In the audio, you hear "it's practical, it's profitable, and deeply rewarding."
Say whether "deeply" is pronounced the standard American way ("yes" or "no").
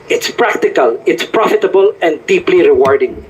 yes